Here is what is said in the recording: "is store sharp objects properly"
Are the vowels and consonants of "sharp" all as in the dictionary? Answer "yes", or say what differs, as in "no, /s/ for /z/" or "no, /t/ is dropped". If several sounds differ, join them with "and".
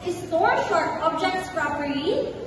no, /p/ is dropped